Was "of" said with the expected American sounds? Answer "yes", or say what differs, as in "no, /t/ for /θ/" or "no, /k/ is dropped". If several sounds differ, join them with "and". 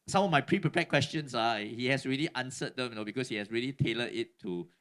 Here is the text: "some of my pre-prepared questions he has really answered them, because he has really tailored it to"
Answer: no, /f/ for /v/